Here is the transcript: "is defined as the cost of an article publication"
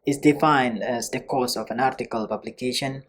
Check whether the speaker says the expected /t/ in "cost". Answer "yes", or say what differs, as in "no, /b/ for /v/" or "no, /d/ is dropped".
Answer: no, /t/ is dropped